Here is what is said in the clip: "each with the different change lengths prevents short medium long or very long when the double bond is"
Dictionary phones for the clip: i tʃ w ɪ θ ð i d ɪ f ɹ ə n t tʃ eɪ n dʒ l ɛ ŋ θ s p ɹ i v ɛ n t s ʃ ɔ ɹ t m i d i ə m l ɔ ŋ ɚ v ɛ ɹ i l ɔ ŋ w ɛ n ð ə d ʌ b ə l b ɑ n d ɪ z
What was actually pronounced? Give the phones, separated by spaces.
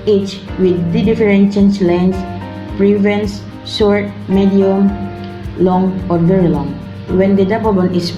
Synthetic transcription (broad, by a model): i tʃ w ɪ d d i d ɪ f ɹ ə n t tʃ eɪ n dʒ l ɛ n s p ɹ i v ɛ n s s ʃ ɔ ɹ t m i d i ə m l ɔ ŋ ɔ v ɛ ɹ i l ɔ ŋ w ɛ n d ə d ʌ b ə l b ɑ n ɪ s